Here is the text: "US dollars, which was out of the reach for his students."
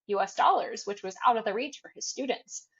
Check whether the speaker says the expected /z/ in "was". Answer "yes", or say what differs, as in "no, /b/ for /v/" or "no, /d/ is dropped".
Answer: yes